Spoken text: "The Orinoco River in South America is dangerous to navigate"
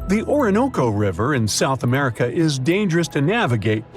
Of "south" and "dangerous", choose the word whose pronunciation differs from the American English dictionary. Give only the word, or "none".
none